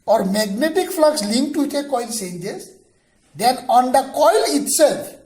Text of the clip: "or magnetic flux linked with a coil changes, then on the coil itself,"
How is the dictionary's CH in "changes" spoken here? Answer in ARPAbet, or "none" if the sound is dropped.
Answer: S